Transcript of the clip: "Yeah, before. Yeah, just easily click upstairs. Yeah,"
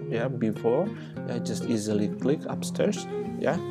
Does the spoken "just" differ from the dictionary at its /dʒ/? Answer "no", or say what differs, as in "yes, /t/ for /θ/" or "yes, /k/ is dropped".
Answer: no